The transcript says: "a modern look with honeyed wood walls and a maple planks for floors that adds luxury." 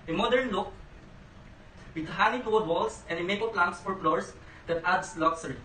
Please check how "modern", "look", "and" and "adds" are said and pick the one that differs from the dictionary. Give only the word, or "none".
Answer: adds